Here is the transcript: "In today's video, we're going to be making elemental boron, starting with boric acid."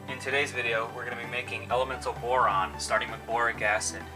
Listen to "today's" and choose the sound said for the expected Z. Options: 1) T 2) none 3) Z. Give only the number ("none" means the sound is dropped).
3